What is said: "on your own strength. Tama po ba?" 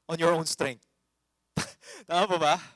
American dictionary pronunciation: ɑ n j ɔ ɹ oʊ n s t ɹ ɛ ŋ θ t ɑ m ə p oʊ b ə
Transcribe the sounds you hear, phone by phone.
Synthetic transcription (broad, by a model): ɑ n j ɔ ɹ oʊ n s t ɹ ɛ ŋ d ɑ ə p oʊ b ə